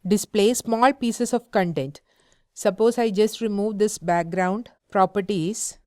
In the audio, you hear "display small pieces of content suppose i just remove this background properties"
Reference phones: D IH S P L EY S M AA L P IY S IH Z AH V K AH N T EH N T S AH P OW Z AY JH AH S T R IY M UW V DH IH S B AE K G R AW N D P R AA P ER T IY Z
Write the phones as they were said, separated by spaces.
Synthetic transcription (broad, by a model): D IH S P L EY S M AA L P IY S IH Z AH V K AH N T EH N T S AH P OW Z AY JH AH S T R IY M UW V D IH S B AE K G R AW N D P R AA P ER T IY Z